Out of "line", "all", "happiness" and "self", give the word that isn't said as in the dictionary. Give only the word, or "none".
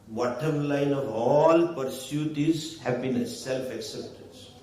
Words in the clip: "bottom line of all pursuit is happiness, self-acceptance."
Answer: happiness